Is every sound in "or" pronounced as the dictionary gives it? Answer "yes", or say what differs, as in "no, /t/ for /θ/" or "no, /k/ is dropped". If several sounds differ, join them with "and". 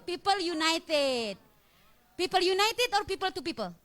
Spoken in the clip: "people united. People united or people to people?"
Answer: yes